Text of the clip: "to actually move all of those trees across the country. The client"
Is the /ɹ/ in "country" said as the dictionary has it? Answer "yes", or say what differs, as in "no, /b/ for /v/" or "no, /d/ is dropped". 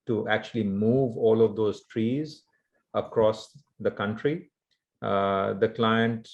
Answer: yes